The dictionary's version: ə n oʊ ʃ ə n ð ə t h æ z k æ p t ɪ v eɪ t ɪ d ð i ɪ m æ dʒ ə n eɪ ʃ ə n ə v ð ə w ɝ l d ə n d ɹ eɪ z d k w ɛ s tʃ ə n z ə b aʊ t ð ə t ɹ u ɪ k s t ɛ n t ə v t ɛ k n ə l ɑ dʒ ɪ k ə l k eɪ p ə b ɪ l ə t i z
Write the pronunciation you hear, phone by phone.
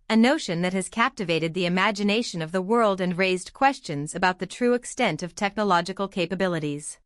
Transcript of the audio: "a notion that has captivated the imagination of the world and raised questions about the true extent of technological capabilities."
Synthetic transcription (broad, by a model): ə n oʊ ʃ ə n ð ə t h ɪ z k æ p t ɪ v eɪ t ɪ d ð i ɪ m æ dʒ ə n eɪ ʃ ə n ə v ð ə w ɝ l d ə n ɹ eɪ z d k w ɛ s tʃ ə n z ə b aʊ t ð ə t ɹ u ɪ k s t ɛ n t ə v t ɛ k n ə l ɑ dʒ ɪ k l k eɪ p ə b ɪ l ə t i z